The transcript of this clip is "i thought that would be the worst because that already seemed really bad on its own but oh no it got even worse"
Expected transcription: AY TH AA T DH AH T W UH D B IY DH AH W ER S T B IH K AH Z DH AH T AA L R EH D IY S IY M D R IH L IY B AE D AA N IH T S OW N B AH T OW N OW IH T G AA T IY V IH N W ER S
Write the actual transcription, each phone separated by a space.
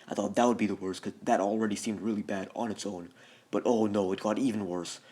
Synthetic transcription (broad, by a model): AY TH AA T DH AH T W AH D B IY DH AH W ER S K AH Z DH AH T L R EH D IY S IY M D R IH L IY B AE D N IH T S OW N B AH T OW N OW IH T G AA T IY V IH N W ER S